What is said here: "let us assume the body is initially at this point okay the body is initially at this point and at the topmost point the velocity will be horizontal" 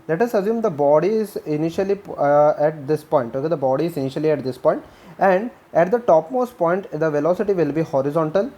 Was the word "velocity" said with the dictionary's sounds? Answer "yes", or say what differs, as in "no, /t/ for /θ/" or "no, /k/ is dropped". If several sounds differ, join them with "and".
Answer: yes